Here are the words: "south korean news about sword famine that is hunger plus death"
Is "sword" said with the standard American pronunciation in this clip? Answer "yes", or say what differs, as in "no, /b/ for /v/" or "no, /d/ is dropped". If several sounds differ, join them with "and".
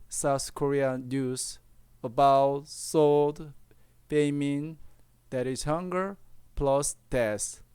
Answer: no, /l/ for /ɹ/